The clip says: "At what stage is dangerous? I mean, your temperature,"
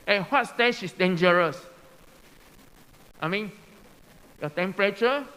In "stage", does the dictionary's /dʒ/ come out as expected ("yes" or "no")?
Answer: no